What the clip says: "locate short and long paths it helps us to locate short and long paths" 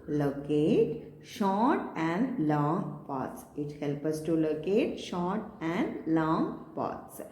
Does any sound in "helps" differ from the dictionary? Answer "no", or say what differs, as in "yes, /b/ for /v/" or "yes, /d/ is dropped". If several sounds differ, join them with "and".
yes, /s/ is dropped